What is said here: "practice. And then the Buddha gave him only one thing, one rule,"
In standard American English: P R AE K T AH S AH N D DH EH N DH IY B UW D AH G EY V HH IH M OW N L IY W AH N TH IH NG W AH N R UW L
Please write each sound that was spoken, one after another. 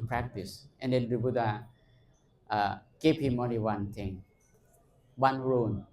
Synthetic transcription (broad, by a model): P R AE K T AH S AH N D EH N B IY B UW D AH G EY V HH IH M OW N L IY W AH N T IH NG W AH N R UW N